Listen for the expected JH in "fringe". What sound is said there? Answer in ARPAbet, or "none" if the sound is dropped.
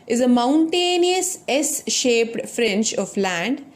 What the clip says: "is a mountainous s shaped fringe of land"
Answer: CH